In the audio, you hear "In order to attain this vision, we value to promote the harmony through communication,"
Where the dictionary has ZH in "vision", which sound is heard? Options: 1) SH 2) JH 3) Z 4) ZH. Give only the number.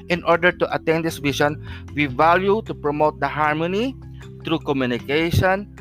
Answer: 1